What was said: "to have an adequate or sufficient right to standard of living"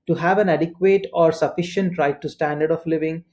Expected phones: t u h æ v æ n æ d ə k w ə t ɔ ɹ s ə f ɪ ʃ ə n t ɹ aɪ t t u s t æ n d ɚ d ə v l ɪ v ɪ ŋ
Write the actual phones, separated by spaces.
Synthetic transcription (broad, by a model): t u h æ v æ n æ d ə k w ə t ɔ ɹ s ə f ɪ ʃ ə n t ɹ aɪ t t u s t æ n d ɚ d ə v l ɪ v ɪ ŋ